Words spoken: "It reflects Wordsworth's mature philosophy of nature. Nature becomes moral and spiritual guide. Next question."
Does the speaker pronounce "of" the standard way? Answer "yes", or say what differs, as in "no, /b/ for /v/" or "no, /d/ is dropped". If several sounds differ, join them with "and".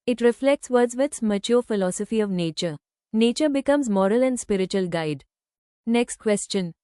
yes